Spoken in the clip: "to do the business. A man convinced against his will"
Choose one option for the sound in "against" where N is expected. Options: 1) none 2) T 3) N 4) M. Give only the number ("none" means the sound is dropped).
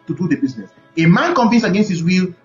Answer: 3